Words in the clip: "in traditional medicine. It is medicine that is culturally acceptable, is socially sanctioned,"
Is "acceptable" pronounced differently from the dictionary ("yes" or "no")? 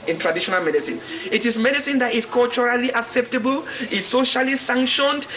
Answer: no